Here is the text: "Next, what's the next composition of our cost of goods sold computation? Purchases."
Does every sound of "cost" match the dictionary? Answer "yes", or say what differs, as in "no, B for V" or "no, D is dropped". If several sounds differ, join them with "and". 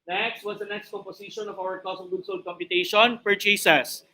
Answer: no, T is dropped